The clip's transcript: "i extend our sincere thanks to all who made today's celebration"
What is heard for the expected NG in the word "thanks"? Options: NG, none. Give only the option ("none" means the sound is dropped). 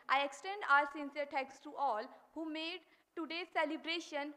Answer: none